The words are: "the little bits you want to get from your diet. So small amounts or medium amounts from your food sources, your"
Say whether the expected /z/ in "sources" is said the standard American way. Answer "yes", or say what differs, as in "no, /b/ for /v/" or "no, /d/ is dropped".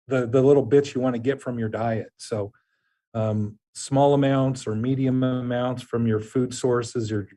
yes